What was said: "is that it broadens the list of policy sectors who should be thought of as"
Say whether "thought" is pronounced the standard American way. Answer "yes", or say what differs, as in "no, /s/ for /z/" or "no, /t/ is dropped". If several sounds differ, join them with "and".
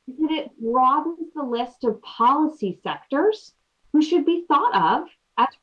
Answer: yes